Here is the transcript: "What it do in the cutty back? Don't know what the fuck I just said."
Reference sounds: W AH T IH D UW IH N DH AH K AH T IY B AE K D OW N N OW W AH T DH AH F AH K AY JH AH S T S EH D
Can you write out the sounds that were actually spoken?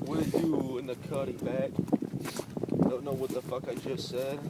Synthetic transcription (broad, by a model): W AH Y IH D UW IH N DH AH K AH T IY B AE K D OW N N OW W AH T DH AH F AH K AY JH AH S T S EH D